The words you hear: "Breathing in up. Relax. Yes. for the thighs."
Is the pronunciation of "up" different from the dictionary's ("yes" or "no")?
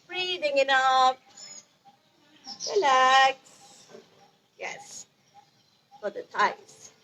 yes